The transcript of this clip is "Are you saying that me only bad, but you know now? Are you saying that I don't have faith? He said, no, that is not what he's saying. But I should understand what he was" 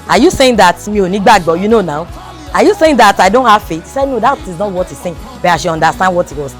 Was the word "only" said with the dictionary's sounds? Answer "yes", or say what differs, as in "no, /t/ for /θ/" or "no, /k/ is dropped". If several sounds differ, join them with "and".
no, /l/ is dropped